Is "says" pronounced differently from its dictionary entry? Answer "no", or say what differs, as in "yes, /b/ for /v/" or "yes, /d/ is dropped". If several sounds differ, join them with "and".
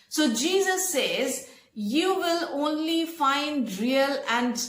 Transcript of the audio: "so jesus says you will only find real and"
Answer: no